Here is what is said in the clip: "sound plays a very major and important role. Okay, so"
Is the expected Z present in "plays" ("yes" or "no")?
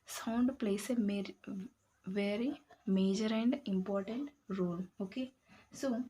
no